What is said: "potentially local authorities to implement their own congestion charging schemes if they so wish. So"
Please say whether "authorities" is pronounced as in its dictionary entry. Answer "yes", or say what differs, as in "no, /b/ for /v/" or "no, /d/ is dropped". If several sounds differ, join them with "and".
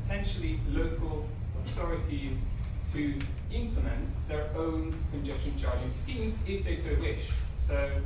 yes